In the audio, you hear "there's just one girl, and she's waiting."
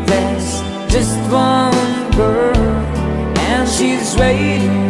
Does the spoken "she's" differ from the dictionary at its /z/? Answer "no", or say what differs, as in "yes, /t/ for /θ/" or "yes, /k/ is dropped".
no